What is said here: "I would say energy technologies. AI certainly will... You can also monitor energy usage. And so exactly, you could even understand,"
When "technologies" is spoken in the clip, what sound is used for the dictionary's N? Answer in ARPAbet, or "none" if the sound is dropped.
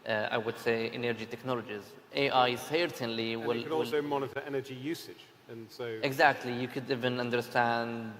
N